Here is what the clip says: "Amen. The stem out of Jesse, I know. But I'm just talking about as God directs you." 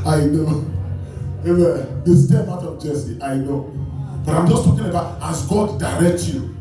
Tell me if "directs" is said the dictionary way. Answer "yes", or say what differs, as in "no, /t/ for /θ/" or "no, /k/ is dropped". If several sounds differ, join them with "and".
no, /s/ is dropped